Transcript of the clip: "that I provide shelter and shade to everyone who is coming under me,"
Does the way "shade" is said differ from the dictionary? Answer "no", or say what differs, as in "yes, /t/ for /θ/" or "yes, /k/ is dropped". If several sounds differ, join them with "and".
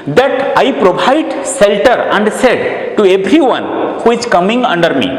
yes, /s/ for /ʃ/